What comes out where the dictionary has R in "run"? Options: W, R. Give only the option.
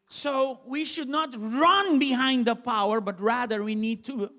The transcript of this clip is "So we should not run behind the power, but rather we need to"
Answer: R